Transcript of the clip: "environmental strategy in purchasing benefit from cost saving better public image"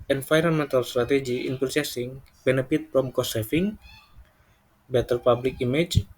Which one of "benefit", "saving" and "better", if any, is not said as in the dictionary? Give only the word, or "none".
saving